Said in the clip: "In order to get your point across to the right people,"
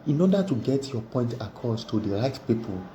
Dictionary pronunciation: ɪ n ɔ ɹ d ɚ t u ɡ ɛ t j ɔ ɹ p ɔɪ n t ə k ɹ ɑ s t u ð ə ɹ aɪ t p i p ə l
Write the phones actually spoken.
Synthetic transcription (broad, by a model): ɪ n ɔ d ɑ t u ɡ ɛ t j ɔ p ɔɪ n t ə k ɑ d t u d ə ɹ aɪ t p i p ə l